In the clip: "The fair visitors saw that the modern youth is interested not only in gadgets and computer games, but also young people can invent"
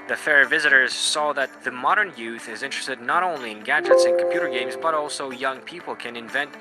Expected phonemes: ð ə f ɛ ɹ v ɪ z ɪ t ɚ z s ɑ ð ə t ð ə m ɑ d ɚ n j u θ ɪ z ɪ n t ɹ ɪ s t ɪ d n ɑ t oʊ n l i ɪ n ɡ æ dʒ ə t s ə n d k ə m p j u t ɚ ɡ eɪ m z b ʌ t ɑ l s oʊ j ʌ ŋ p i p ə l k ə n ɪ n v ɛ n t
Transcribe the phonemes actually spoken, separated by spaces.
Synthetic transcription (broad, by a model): ð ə f ɛ ɹ v ɪ z ɪ t ɚ z s ɑ ð ə t ð ə m ɑ d ɚ n j u θ ɪ z ɪ n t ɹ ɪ s t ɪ d n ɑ t oʊ n l i ɪ n ɡ æ dʒ ə t s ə n k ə m p j u t ɚ ɡ eɪ m z b ʌ t ɑ l s oʊ j ʌ ŋ p i p l k ə n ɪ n v ɛ n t